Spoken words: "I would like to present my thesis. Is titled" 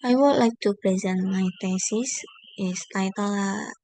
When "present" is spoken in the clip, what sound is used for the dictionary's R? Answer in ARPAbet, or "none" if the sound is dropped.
R